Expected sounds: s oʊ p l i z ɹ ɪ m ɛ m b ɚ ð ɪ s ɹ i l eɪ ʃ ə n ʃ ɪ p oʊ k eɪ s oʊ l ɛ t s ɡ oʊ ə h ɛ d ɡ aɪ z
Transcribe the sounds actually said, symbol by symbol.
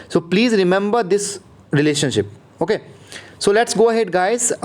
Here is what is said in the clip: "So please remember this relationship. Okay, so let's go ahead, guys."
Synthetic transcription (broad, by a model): s oʊ p l i z ɹ ɪ m ɛ m b ɚ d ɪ s ɹ i l eɪ ʃ ə n ʃ ɪ p oʊ k eɪ s oʊ l ɛ t s ɡ oʊ ə h ɛ d ɡ aɪ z